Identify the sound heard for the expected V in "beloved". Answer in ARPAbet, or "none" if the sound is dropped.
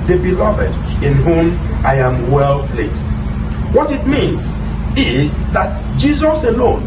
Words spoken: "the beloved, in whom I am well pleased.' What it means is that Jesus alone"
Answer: V